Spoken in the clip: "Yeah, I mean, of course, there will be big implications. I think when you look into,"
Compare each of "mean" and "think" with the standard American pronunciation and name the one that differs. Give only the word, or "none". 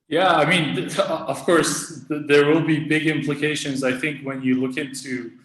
none